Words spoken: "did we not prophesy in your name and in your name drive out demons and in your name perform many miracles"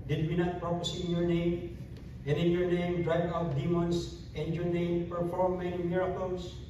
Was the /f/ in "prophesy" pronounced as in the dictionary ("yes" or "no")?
no